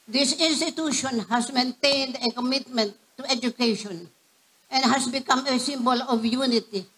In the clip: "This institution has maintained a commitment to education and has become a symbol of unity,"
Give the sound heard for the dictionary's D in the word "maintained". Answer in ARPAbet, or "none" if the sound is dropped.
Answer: D